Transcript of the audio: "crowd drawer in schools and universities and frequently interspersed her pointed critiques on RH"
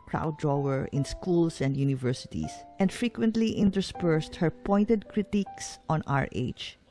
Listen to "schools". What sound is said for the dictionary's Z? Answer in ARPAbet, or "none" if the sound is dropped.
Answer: S